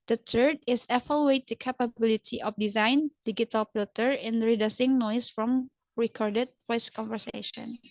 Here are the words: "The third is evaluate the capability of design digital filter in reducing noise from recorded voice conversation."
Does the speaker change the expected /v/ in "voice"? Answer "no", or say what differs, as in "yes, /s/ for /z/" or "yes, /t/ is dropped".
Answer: yes, /p/ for /v/